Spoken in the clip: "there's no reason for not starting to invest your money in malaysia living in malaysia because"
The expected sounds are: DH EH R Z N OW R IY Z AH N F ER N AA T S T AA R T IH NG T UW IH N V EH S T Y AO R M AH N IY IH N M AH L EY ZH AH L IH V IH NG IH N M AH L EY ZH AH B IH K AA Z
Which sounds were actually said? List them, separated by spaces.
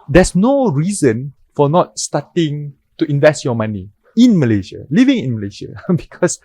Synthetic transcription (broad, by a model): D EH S N OW R IY Z AH N F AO N AA T S T AA T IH NG T UW IH N V EH S T Y AO M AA N IY IH N M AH L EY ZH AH L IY V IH NG IH N M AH L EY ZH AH B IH K AA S